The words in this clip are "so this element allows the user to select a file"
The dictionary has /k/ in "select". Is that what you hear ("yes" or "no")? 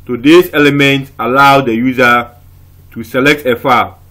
yes